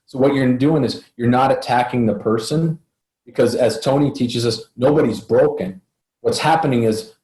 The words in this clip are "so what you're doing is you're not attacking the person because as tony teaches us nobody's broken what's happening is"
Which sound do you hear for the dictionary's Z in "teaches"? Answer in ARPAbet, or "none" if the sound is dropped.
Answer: Z